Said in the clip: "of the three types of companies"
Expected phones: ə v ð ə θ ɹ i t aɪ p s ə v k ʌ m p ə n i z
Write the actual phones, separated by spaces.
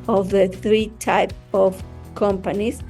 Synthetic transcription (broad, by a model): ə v ð ə θ ɹ i t aɪ p ə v k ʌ m p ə n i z